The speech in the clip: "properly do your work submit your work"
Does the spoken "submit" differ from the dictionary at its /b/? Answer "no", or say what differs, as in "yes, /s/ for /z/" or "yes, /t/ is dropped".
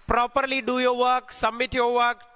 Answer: yes, /b/ is dropped